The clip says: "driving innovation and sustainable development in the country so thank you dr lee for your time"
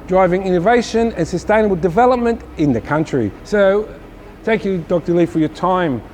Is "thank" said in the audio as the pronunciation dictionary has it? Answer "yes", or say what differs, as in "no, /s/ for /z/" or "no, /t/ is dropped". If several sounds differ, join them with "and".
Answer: yes